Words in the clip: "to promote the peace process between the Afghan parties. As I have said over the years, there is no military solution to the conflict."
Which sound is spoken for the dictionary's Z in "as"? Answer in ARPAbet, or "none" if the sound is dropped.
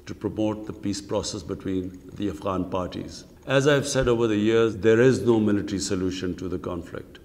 Z